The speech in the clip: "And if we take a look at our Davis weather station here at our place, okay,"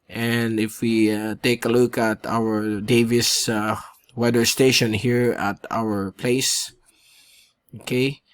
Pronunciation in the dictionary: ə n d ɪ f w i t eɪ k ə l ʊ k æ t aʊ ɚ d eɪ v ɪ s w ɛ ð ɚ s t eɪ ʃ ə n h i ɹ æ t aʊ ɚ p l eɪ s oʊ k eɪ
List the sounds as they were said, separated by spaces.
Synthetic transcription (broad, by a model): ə n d ɪ f w i t eɪ k ə l ʊ k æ t aʊ ɚ d eɪ v ɪ s w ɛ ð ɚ s t eɪ ʃ ə n h i ɹ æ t aʊ ɚ p l eɪ s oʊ k eɪ